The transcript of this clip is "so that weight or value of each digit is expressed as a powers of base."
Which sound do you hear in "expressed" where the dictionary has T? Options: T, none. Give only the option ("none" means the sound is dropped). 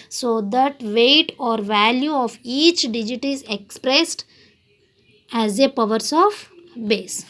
T